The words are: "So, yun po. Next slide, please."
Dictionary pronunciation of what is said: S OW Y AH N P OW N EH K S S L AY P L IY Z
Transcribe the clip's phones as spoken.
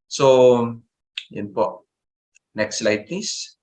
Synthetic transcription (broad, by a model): S OW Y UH N P OW N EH K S S L AY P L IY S